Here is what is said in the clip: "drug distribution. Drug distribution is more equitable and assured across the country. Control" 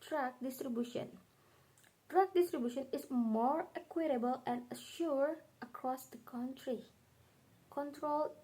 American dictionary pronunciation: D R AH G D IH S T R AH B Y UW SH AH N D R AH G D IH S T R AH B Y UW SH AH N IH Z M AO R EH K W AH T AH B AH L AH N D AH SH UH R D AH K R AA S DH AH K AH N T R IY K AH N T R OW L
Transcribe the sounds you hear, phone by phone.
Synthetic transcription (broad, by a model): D R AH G D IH S T R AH B Y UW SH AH N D R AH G D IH S T R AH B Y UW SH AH N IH S M AO R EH K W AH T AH B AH L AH N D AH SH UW R AH K R AA S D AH K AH N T R IY K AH N T R OW L